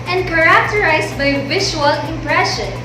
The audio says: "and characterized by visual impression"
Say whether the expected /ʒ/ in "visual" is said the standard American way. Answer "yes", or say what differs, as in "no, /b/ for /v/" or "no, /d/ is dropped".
no, /ʃ/ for /ʒ/